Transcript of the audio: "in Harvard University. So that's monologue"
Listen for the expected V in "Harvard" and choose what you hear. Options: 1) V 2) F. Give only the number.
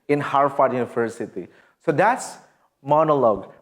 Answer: 2